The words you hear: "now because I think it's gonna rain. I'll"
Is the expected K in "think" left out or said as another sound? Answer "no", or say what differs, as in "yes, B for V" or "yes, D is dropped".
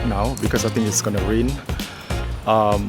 yes, K is dropped